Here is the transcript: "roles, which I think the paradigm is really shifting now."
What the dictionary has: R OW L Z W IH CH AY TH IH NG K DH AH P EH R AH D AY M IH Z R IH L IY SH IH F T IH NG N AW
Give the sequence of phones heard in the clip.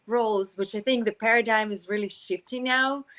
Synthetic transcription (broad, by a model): R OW L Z W IH CH AY TH IH NG K DH AH P EH R AH D AY M IH Z R IH L IY SH IH F T IH NG N AW